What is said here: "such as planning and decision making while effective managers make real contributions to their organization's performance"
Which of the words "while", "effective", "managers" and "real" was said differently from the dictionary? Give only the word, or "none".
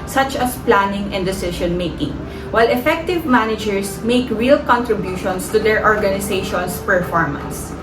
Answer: managers